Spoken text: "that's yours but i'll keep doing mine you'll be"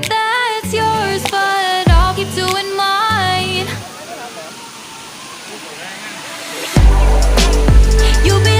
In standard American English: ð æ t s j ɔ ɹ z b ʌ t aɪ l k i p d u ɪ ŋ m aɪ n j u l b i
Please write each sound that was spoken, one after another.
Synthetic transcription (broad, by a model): ð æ t s j ɔ ɹ z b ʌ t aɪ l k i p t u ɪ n m aɪ n j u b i